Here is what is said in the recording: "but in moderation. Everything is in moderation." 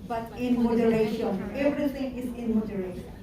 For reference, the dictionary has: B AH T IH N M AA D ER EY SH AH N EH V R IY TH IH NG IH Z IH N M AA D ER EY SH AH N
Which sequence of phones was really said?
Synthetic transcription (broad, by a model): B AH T IH N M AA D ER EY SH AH N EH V R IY T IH NG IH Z IH N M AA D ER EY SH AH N